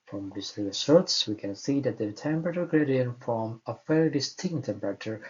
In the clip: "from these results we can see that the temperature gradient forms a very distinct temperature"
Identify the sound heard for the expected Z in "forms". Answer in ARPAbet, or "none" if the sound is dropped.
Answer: none